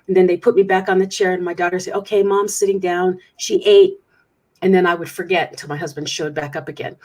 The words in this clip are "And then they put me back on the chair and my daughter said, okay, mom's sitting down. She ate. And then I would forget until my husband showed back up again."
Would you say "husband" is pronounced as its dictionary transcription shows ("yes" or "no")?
yes